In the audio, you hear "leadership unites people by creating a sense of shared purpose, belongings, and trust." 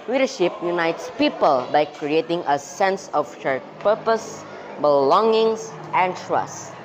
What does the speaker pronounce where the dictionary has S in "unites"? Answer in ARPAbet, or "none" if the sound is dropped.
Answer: S